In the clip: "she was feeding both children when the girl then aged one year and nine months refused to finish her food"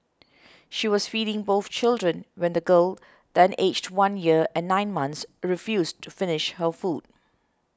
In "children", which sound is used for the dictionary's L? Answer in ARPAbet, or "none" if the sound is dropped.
L